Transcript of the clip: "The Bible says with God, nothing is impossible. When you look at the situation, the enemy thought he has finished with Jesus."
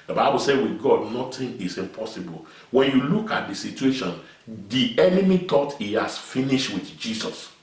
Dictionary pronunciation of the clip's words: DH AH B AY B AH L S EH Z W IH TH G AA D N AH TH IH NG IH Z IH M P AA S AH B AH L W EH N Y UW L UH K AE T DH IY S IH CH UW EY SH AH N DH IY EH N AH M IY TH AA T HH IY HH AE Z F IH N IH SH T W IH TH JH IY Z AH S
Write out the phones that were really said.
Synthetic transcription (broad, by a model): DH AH B AY B AH L S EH W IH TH G AA D N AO T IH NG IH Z IH M P AA S AH B AH L W EH N Y UW L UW K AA T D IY S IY CH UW EY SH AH N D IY EH N AH M IY T AA T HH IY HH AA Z F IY N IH SH T W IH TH JH IY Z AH S